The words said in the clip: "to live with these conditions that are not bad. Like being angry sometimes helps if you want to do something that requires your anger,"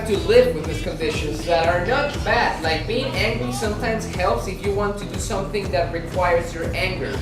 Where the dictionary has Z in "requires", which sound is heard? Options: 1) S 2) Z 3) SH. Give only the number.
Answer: 2